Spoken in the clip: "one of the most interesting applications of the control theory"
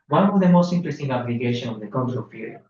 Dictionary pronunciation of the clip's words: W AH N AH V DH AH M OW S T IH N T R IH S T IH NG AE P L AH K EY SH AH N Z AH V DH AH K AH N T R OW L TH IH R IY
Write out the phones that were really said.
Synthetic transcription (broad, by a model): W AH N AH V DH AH M OW S T IH N T R IH S T IH NG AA B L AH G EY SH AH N AH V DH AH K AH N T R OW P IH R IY